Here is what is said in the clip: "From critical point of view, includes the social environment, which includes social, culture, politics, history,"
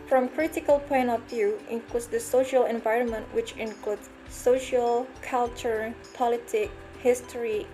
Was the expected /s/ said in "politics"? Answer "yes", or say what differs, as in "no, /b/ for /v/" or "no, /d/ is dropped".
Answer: no, /s/ is dropped